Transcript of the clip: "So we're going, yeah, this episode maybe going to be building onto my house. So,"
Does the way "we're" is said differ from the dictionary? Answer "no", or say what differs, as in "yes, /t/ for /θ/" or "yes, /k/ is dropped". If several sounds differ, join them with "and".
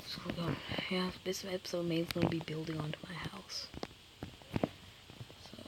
yes, /l/ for /ɹ/